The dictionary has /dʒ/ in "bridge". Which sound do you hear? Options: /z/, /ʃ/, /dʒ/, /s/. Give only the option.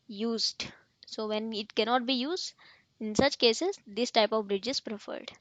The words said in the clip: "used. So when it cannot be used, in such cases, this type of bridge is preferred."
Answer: /dʒ/